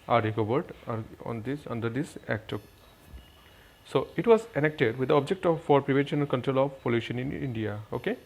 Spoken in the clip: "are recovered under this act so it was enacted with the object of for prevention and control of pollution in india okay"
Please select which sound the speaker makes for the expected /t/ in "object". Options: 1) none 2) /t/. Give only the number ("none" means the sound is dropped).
2